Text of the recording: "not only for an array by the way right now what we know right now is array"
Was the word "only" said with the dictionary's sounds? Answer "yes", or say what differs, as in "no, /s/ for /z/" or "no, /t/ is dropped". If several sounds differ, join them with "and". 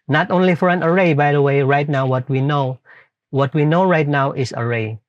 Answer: yes